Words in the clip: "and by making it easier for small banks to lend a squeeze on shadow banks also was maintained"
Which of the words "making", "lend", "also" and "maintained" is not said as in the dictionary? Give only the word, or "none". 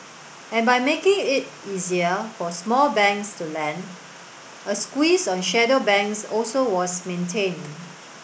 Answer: maintained